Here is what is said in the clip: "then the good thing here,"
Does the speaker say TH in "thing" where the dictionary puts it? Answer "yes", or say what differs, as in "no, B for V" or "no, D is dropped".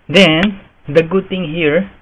no, T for TH